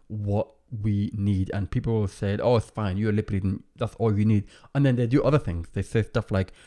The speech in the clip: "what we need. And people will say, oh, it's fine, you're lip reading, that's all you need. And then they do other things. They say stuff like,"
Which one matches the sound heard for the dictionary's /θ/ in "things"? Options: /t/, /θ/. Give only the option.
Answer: /θ/